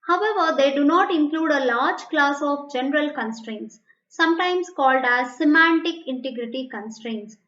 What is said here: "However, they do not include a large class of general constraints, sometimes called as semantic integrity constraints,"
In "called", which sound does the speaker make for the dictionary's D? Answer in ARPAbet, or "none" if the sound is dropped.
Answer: D